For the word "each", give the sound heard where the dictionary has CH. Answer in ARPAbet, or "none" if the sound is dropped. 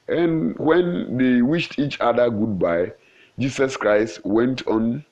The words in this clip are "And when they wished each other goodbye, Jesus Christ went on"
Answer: CH